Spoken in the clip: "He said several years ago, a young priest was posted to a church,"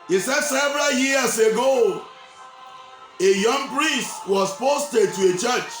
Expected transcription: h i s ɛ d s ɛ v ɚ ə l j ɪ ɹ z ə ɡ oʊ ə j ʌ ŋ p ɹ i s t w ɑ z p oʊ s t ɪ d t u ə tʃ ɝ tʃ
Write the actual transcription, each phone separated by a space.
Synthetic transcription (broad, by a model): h i s ɛ d s ɛ v ɚ ə l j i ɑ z ə ɡ oʊ ə j ʌ ŋ p ɹ i s t w ɑ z p oʊ s t ɪ d t u ə tʃ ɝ tʃ